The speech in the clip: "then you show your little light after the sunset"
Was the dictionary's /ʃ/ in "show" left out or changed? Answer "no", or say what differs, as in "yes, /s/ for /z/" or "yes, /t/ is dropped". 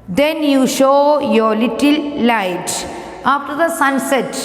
no